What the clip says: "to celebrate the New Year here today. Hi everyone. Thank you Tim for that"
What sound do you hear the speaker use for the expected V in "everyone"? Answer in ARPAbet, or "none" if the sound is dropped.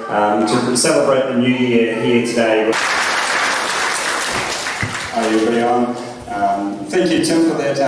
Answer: B